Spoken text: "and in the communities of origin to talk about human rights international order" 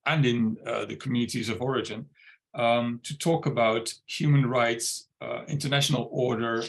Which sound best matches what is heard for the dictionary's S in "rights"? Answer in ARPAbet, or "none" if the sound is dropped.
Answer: S